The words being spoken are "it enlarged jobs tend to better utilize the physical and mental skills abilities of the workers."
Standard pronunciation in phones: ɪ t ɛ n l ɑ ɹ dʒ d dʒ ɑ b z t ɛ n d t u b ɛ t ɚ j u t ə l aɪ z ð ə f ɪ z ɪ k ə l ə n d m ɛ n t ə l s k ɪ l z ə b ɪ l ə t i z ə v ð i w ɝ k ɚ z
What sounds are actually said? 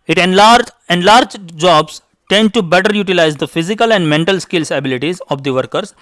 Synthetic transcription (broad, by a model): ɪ t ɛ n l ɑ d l d dʒ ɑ b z t ɛ n d t u b ɛ t ɚ j u t ə l aɪ z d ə f ɪ z ɪ k ə l ə n d m ɛ n t ə l s k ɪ l s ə b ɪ l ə t i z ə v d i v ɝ k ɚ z